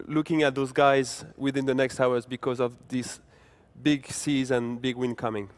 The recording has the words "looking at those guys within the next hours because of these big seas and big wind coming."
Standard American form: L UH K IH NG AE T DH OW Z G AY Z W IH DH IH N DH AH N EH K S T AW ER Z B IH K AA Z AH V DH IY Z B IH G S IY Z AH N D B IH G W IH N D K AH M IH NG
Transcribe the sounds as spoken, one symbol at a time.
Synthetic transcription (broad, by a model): L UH K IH NG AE T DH OW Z G AY Z W IH DH IH N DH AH N EH K S T AW ER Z B IH K AA Z AH V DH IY S B IH G S IY Z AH N B IH G W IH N K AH M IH NG